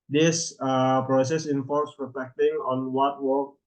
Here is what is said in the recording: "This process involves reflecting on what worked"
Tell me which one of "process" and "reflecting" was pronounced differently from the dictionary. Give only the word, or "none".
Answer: none